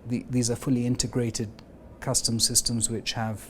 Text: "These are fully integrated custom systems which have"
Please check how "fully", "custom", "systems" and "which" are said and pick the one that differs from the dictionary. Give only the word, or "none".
none